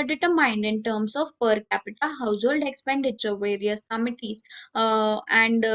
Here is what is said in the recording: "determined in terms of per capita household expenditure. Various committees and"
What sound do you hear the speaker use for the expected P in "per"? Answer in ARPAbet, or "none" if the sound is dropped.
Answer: P